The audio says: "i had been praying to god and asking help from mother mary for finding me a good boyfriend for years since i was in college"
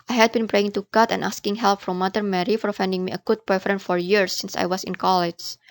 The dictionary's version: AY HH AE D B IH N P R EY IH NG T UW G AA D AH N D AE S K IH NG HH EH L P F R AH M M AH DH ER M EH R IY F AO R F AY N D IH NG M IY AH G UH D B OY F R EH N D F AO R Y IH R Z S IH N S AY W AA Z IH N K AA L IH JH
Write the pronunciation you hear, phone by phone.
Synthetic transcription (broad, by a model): AY HH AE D B IH N P R EY IH NG T UW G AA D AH N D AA S K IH NG HH EH L P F R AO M M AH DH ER M EH R IY F AO R F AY N D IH NG M IY AH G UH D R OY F R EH N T F AO R Y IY R S IH N S AY W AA S IH N K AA L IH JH